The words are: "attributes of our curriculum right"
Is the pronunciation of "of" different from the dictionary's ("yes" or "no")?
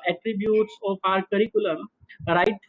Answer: yes